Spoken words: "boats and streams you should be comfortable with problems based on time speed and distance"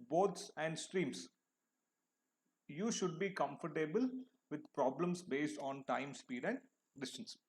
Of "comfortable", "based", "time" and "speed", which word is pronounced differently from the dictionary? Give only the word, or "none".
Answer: none